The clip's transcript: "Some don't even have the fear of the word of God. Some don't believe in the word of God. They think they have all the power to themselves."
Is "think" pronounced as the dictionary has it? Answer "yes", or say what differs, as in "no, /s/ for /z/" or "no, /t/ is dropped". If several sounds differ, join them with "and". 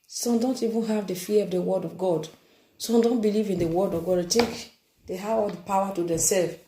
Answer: no, /t/ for /θ/